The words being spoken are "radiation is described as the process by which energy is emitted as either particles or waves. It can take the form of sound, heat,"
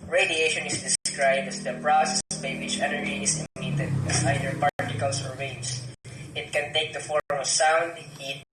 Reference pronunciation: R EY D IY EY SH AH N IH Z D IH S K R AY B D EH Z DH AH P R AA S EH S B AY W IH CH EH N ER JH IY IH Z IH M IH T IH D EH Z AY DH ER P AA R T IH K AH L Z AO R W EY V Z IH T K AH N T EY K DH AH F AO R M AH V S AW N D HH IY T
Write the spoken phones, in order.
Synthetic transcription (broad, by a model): R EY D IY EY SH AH N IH S D IH S K R AY B D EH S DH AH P R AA S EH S B AY W IH CH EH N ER IY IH S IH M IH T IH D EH S AY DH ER P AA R T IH K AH L S AO R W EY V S IH T K AH N T EY K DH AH F AO R M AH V S AW N D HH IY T